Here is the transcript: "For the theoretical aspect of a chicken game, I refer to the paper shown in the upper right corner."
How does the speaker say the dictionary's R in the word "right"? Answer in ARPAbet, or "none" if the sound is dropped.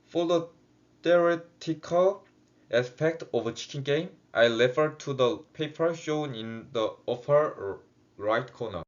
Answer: R